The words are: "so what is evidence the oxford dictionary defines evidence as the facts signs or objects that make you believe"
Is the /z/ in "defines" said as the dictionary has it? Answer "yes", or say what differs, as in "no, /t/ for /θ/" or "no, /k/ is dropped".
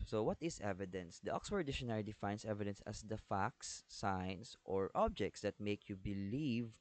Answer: no, /s/ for /z/